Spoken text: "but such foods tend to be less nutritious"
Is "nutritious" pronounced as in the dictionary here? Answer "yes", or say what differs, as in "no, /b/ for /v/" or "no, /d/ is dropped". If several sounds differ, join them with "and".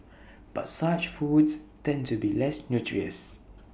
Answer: no, /ʃ/ is dropped